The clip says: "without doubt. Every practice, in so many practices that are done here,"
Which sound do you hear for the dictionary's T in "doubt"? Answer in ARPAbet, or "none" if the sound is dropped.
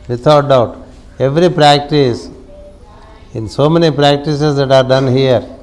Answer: T